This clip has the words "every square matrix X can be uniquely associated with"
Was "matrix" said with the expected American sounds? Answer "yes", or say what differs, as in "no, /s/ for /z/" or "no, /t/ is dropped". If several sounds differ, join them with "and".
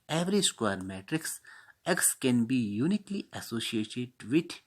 yes